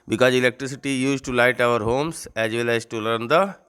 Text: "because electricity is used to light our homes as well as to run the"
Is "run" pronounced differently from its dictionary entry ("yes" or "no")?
yes